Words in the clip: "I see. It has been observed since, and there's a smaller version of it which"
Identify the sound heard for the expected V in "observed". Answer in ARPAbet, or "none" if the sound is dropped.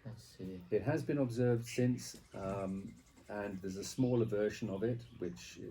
V